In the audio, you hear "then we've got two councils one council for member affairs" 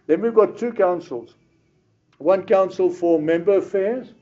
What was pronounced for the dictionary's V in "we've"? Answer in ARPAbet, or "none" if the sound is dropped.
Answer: V